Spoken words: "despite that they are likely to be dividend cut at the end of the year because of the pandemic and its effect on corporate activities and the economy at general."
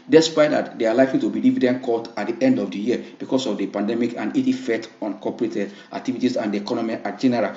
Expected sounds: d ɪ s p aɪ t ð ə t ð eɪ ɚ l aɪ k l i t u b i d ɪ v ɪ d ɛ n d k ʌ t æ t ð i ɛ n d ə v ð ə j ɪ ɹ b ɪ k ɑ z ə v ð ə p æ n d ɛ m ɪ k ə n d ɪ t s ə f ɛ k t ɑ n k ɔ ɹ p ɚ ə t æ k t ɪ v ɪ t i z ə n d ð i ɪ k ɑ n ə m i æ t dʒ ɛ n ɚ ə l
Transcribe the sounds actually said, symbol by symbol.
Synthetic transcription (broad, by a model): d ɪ s p aɪ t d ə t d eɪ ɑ l aɪ k l i t u b i d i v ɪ d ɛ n k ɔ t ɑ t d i ɛ n d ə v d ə j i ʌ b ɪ k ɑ s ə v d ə p æ n d ɛ m ɪ k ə n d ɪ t ə f ɛ k t ɑ n k ɔ p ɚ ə t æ k t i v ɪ t i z ə n d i ɪ k ɑ n ə m i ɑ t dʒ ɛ n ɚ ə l